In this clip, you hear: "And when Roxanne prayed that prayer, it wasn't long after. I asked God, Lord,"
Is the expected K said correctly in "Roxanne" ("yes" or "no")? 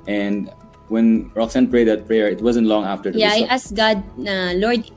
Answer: yes